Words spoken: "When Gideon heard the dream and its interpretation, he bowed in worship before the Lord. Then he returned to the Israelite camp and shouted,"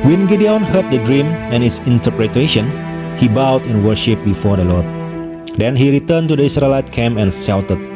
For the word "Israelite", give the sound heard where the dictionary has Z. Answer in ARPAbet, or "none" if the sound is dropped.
S